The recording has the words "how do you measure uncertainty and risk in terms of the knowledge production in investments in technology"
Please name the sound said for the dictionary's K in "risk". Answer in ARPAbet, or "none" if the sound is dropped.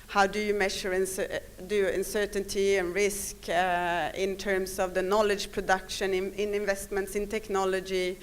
K